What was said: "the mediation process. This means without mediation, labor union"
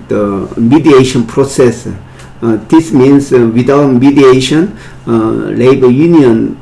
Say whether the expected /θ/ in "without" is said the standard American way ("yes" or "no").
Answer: no